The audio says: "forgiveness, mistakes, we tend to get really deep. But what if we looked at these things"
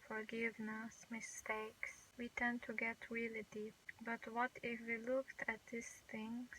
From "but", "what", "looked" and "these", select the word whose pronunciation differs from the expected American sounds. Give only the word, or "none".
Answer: these